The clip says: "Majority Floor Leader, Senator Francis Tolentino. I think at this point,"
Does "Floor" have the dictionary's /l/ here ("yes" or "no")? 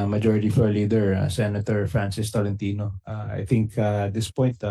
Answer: no